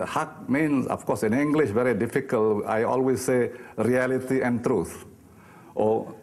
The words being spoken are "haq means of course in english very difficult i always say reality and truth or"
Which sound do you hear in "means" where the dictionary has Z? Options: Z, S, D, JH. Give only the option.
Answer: S